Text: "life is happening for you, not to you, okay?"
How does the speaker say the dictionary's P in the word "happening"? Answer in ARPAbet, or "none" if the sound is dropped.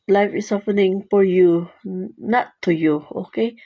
F